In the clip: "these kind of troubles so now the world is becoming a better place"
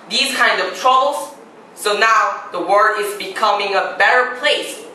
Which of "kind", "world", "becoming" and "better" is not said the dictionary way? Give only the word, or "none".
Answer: world